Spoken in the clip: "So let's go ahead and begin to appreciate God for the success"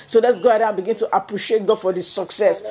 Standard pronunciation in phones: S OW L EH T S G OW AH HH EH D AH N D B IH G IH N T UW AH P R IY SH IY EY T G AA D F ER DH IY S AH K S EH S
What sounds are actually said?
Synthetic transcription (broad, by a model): S OW L EH T S G OW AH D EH AH N B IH G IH N T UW AH P R IY SH IY EY T G AA D F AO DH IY S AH K S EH S